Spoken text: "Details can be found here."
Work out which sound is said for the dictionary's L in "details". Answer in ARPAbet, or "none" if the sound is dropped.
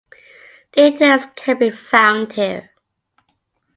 none